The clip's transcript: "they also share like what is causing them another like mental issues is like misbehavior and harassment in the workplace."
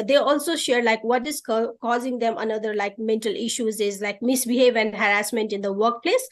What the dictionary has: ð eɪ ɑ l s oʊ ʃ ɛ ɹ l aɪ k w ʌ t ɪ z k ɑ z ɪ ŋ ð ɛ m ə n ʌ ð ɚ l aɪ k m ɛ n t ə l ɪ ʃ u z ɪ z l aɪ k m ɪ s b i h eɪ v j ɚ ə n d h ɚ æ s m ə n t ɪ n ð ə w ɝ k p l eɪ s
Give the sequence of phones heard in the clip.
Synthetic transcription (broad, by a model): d eɪ ɑ l s oʊ ʃ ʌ ɹ l aɪ k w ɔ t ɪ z k ɑ z ɪ ŋ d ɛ m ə n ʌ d ɚ l aɪ k m ɛ n t ə l ɪ ʃ u z ɪ z l aɪ k m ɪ s b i h eɪ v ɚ ə n d h ɚ æ s m ə n t ɪ n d ə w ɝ k p l eɪ s